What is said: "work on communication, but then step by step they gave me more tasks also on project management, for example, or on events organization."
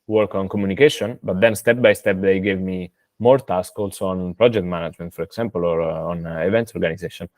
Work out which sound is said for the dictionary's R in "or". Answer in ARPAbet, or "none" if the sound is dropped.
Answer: R